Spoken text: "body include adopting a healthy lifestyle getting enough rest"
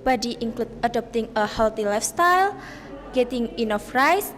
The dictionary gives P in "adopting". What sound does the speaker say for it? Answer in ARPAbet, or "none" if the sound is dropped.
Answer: P